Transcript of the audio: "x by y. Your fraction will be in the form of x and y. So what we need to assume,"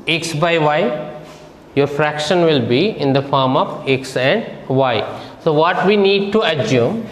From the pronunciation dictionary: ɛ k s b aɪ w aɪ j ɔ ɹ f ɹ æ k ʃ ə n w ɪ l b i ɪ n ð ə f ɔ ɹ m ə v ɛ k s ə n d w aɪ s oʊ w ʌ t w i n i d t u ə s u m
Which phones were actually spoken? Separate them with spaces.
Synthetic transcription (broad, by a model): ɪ k s b aɪ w aɪ j ɔ ɹ f ɹ æ k ʃ ə n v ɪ l b i ɪ n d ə f ɔ ɹ m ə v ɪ k s ə n d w aɪ s oʊ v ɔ t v i n i d t u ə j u m